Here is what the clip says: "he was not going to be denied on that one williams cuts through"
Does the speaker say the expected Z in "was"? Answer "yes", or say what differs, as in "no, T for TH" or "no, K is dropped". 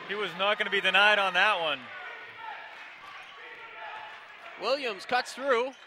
yes